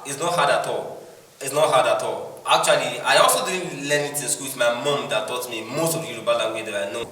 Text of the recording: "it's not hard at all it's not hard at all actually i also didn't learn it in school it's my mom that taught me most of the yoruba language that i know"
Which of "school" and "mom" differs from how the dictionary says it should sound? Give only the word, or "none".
school